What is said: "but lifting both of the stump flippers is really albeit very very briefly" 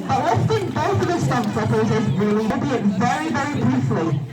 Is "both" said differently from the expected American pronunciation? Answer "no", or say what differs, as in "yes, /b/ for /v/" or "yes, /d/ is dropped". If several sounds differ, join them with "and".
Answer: no